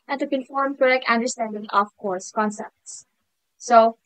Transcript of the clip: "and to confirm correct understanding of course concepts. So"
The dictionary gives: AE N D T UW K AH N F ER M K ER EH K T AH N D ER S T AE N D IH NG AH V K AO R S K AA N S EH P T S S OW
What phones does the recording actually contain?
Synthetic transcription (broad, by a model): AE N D T UW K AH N F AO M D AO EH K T AH N D ER S T AE N D IH NG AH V K AO R S K AA N S EH P T S S OW